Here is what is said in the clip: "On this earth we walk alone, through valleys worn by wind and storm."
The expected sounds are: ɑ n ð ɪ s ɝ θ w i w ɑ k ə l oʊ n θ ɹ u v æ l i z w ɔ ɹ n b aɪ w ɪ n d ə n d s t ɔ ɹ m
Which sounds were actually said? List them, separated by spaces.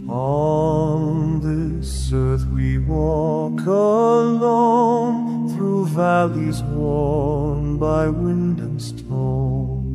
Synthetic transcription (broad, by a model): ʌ n ð ɪ s ɝ θ w i w ɑ k ə l oʊ n θ ɹ u v æ l i z w ɔ ɹ n b aɪ w ɪ n d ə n s t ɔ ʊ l